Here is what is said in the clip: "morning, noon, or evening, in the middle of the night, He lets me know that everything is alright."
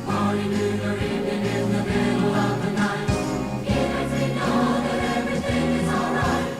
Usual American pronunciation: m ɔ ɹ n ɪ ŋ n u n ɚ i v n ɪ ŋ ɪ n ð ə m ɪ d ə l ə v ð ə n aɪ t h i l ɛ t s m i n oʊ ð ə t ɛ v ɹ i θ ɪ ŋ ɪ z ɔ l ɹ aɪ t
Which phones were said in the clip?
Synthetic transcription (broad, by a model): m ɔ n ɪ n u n ɚ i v ɪ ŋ ɪ n ð ə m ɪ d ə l ə v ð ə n aɪ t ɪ n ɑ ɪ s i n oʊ ð ə t ɛ v ɹ i θ ɪ ŋ ɪ z ɔ l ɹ aɪ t